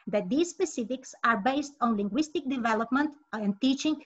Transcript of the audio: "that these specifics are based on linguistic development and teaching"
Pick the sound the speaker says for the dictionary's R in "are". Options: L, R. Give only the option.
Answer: R